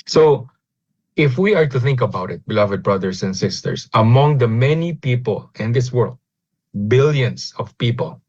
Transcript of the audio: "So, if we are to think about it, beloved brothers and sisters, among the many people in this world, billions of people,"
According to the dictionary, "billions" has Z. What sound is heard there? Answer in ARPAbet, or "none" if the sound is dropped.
S